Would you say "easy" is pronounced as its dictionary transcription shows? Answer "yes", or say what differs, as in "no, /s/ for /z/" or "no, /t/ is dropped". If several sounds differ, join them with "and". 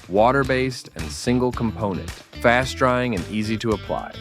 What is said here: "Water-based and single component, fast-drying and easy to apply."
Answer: yes